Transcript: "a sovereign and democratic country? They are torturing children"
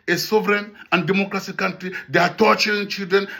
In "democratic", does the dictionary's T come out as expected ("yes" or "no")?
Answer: no